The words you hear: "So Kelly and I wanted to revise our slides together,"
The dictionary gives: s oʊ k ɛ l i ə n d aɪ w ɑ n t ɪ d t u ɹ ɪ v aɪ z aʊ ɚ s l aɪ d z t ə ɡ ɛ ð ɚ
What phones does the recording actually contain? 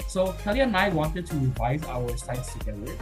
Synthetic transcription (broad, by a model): s oʊ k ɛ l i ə n aɪ w ɑ n t ɪ d t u ɹ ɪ v aɪ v aʊ ɚ s aɪ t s t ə ɡ ɛ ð ɚ